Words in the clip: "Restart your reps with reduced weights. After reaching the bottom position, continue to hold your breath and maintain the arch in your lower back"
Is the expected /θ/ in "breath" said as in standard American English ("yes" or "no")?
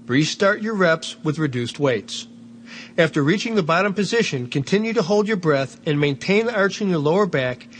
yes